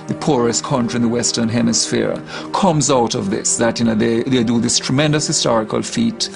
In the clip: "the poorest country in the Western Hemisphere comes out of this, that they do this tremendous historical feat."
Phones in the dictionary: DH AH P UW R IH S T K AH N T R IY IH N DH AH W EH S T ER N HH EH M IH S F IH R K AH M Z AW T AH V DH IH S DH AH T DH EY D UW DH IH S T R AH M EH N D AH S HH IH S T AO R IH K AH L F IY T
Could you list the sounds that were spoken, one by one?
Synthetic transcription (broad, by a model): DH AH P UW R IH S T K AH N T R IY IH N DH AH W EH S T ER N HH EH M IH S F IH R K AH M Z AW T AH V DH IH S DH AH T DH EY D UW DH IH S T R AH M EH N D AH S HH IH S T AO R IH K AH L F IY T